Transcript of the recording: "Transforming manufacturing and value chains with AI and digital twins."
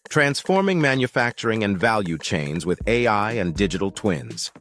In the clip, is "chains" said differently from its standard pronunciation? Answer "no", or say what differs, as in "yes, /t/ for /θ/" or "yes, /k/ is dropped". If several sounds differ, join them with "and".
no